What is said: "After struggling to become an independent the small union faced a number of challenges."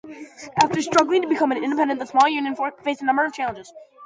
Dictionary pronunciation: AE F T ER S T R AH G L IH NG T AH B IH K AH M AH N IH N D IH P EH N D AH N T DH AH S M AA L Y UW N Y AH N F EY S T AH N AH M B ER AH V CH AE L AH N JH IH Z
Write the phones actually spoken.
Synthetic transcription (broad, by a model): AE F T ER S T R AH G L IH NG T AH B IH K AH M AH N IH N D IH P EH N D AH N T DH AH S M AA L Y UW N Y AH N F EY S AH N AH M B ER AH V CH AE L AH N JH IH Z